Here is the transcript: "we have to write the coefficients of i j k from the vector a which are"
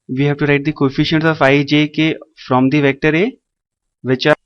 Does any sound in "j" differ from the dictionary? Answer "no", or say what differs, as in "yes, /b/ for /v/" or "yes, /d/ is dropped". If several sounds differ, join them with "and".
no